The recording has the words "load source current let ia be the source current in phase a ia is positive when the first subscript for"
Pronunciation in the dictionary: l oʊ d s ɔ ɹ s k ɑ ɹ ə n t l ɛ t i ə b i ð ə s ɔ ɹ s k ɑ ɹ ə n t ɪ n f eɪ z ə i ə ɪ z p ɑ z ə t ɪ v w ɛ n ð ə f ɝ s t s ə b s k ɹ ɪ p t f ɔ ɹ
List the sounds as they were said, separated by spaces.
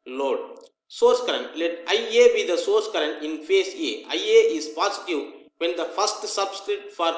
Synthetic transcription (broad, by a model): l oʊ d s ɔ ɹ s k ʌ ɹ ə n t l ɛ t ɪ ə b i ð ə s ɔ ɹ s k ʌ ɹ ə n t ɪ n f eɪ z ə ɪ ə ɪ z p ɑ s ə t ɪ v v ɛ n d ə f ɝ s t s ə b s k ɹ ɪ t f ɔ ɹ